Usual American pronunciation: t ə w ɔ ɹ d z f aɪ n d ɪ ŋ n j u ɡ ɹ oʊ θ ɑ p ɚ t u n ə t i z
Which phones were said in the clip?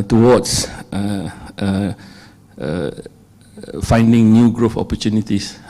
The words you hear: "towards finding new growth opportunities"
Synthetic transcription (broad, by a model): t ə w ɔ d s f aɪ n d ɪ ŋ n j u ɡ ɹ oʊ f ɑ p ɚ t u n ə t i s